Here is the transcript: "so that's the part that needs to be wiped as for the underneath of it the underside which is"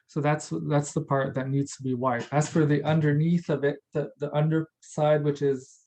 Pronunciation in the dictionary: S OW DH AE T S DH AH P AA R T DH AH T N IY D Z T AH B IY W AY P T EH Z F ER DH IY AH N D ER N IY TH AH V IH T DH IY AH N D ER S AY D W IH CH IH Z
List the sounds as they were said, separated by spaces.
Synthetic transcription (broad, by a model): S OW DH AE T S DH AH P AA R T DH AH T N IY D Z T AH B IY W AY T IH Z F ER DH IY AH N D ER N IY TH AH V IH T DH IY AH N D ER S AY D W IH CH IH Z